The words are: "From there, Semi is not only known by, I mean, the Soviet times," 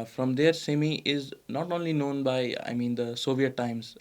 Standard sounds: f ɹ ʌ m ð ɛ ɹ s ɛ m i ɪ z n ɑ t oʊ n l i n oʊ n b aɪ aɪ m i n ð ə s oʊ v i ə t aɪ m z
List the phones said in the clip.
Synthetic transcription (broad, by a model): f ɹ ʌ m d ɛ ɹ s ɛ m i ɪ z n ɑ t oʊ n l i n oʊ n b aɪ aɪ m i n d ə s oʊ v i ə t aɪ m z